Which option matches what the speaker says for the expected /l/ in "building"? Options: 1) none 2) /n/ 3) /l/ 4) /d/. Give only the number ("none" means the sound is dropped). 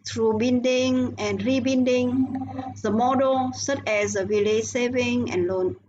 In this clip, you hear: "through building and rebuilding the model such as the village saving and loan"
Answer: 2